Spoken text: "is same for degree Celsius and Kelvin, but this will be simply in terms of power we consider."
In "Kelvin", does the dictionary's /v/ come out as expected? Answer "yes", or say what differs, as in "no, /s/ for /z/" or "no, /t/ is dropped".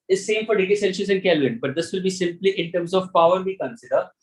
no, /v/ is dropped